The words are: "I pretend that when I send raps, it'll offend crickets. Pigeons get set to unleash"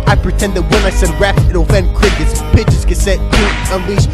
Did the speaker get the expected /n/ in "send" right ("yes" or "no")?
no